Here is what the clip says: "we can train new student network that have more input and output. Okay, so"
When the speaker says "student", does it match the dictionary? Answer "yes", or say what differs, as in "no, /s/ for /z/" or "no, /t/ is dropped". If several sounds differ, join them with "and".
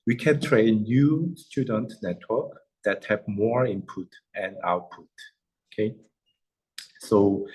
yes